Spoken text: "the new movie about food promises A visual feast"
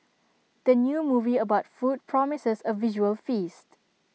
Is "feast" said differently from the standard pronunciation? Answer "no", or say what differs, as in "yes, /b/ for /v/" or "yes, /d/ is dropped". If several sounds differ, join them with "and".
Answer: no